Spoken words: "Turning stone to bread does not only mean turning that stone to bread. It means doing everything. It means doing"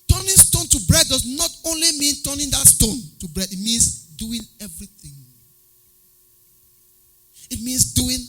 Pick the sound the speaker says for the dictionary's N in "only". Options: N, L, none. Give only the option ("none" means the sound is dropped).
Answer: N